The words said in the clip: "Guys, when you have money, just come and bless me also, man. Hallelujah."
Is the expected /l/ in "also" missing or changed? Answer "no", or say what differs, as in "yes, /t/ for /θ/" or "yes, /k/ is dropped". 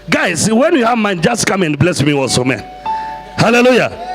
yes, /l/ is dropped